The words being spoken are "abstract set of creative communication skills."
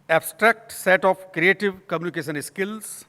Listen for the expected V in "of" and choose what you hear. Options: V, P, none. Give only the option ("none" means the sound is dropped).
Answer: P